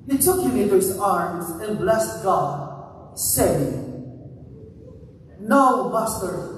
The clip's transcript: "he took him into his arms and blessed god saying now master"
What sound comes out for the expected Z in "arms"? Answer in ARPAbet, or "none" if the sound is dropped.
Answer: Z